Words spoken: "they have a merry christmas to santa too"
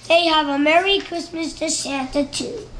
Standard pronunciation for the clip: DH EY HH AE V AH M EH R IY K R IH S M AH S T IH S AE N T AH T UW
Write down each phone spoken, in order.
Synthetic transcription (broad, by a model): DH EY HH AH V AH M EH R IY K R IH S M AH S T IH SH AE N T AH T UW